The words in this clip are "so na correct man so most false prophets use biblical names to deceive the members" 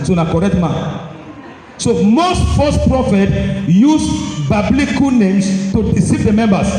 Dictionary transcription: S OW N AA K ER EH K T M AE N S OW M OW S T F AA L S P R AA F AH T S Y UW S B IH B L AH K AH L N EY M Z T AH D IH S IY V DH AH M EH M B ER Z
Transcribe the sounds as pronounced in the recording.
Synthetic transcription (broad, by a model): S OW N AA K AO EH K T M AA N S OW M OW S T F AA S P R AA F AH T Y UW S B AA B L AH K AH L N EY M S T AH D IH S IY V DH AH M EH M B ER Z